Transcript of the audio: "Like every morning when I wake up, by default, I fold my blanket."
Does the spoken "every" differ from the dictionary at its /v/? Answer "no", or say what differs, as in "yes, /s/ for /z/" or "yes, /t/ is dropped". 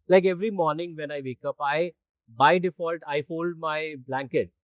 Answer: no